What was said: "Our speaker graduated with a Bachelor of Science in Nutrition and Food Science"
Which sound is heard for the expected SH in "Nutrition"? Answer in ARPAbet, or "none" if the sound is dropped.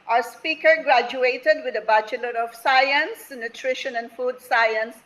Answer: SH